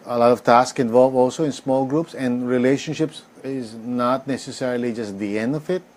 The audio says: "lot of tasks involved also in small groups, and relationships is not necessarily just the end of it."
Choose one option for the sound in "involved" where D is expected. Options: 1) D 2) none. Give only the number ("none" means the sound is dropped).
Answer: 2